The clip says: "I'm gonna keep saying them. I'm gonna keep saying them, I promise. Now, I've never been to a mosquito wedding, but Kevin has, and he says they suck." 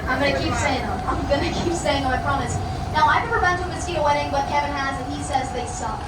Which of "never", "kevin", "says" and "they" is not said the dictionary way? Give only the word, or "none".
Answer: none